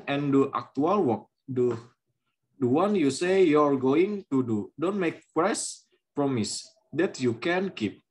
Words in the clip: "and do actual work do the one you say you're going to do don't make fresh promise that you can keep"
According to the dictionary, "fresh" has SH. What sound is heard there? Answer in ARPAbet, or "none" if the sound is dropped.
S